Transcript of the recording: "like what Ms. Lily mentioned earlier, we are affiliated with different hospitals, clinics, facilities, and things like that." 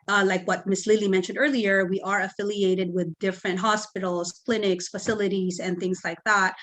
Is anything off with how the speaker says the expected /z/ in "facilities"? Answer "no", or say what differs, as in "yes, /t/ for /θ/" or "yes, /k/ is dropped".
no